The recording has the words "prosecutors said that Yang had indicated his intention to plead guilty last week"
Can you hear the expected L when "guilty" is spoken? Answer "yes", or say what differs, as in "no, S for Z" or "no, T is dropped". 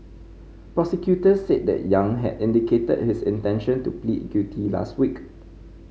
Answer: no, L is dropped